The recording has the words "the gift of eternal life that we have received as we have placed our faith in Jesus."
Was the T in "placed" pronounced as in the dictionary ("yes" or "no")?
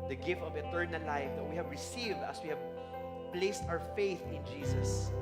yes